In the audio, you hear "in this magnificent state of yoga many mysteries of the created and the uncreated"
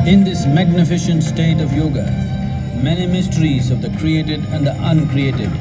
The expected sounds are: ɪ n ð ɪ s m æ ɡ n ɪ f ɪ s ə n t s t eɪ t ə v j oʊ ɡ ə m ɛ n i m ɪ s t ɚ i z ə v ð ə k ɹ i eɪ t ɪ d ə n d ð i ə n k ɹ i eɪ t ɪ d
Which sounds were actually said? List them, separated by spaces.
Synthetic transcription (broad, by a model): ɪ n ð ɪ s m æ ɡ n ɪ f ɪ ʃ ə n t s t eɪ t ə v j oʊ ɡ ə m ɛ n i m ɪ s t ɚ i z ə v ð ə k ɹ i eɪ t ɪ d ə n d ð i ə n k ɹ i eɪ t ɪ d